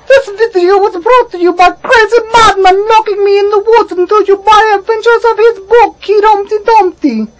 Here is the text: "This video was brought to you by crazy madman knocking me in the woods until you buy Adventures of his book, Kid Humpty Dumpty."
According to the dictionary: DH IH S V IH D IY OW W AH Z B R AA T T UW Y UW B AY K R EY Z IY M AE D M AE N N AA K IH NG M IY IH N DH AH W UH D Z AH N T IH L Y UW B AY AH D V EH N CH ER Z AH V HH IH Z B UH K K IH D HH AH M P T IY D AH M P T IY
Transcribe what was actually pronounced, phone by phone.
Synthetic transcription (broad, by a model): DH IH S V IH D IY OW W AH Z B R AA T T UW Y UW B AY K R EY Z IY M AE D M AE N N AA K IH NG M IY IH N DH AH W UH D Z AH N T IH L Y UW B AY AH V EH N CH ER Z AH V HH IH Z B UH K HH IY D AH M T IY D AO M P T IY